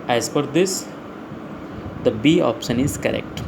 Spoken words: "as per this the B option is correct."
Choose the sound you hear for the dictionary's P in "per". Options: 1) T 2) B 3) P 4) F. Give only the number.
4